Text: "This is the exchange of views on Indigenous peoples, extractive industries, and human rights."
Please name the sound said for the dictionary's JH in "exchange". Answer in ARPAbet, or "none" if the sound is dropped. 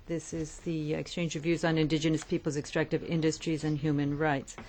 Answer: JH